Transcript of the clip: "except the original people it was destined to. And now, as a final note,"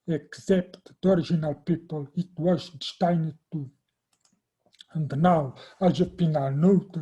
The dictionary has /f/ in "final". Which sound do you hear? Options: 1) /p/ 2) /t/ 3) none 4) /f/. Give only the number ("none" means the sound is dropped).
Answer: 1